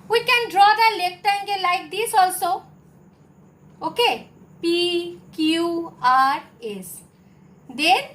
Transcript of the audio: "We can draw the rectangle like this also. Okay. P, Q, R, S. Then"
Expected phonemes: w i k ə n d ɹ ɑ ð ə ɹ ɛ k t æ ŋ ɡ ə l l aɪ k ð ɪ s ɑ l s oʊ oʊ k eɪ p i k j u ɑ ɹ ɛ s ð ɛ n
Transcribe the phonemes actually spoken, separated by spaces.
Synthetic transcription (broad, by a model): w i k ə n d ɹ ɑ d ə l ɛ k t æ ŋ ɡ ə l l aɪ k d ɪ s ɑ l s oʊ oʊ k eɪ p i k j u ɑ ɹ ɛ s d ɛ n